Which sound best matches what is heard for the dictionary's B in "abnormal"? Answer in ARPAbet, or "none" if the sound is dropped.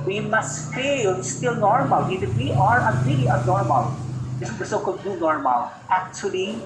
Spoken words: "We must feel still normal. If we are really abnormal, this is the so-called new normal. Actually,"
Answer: none